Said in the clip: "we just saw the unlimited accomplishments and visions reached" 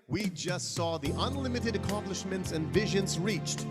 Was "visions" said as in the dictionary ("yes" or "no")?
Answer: yes